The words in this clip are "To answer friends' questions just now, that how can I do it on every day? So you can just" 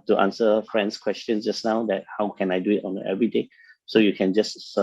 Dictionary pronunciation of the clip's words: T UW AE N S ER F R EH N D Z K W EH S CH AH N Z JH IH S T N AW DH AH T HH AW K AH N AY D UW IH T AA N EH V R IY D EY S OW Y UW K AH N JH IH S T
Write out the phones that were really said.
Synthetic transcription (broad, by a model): T UW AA N S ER F R EH N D S K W EH S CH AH N S JH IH S N AW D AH T HH AW K AH N AY D UW IH T AA N EH V R IY D EY S OW Y UW K AH N JH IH S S